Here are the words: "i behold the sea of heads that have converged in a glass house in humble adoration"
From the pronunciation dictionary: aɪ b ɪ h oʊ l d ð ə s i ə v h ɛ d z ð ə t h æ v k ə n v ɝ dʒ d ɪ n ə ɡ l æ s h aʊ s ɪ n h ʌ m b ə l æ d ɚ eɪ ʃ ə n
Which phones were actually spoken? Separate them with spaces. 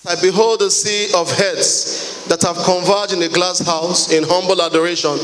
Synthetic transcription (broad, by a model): aɪ b ɪ h oʊ l d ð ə s i ə v h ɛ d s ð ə t h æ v k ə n v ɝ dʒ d ɪ n ə ɡ l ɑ s h aʊ s ɪ n h ʌ m b ə l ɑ d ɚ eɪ ʃ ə n